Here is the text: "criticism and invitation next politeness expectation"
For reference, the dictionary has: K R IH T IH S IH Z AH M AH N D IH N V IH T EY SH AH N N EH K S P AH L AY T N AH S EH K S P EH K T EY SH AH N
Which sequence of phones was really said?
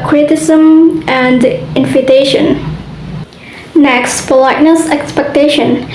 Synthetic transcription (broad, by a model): K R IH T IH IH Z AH M AH N D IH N F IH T EY SH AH N N EH K S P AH L AY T N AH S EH K S P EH K T EY SH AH N